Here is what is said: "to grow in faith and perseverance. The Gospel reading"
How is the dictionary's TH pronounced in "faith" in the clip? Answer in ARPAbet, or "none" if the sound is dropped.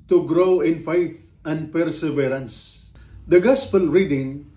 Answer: T